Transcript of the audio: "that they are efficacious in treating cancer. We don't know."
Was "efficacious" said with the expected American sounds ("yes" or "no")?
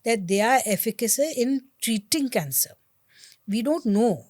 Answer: no